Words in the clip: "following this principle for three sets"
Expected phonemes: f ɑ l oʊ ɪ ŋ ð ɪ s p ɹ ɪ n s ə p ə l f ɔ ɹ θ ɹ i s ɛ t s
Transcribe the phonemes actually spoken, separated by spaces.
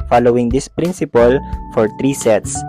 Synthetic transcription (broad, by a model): f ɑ l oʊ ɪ ŋ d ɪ s p ɹ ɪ n s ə p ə l f ɔ ɹ t ɹ i s ɛ t s